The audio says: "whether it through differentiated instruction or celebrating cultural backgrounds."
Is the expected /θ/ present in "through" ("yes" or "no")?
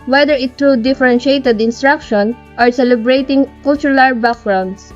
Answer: no